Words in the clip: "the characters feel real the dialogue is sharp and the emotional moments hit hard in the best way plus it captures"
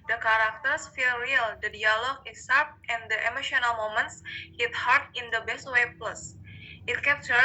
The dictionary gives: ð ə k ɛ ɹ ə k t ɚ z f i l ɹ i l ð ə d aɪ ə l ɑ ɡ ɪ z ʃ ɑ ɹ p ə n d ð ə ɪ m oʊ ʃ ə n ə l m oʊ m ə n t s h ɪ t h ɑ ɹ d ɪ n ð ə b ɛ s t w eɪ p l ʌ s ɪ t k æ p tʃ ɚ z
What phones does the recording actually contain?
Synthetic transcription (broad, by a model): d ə k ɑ ɹ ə k t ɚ s f i l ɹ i l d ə d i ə l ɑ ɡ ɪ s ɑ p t ə n d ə ɪ m oʊ ʃ ə n ə l m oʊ m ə n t s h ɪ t h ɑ ɹ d ɪ n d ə b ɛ s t w eɪ p l ʌ s ɪ t k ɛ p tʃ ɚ